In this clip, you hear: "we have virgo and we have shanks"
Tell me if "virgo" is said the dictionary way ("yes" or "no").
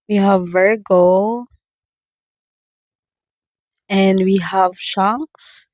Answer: yes